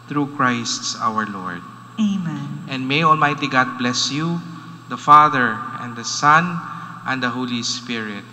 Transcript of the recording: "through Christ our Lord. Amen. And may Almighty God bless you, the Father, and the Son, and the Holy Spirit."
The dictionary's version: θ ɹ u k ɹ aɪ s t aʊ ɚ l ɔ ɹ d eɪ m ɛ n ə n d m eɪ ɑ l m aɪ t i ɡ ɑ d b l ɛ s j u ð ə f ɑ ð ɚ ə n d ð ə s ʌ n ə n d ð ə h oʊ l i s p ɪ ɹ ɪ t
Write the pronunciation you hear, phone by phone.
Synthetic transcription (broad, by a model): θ ɹ u k ɹ aɪ s t aʊ ɚ l ɔ ɹ d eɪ m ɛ n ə n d m eɪ ɑ l m aɪ t i ɡ ɑ d b l ɛ s j u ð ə f ɑ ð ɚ ə n d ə s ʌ n ə n d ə h oʊ l i s p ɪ ɹ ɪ t